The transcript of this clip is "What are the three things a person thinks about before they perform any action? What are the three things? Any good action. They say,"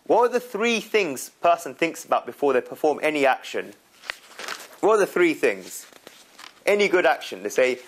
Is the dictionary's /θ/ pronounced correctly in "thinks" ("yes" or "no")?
yes